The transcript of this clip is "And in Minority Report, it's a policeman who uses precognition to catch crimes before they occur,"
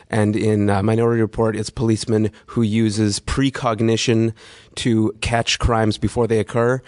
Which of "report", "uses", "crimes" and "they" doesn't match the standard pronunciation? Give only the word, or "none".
none